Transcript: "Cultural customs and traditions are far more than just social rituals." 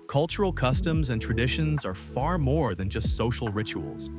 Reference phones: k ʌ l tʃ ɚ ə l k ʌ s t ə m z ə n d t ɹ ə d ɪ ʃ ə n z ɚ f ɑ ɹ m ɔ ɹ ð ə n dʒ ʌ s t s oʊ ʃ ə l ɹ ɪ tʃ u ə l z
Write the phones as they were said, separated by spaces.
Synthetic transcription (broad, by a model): k ʌ l tʃ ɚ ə l k ʌ s t ə m z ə n t ɹ ə d ɪ ʃ ə n z ɚ f ɑ ɹ m ɔ ɹ ð ə n dʒ ʌ s t s oʊ ʃ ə l ɹ ɪ tʃ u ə l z